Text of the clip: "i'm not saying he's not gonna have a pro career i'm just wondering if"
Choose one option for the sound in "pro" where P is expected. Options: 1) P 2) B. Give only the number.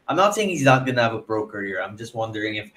2